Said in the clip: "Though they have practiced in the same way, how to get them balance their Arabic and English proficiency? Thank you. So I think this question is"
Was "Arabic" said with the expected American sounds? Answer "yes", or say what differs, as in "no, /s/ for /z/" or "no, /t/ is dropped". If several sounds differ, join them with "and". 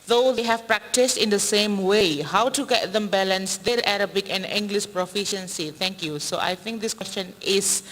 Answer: yes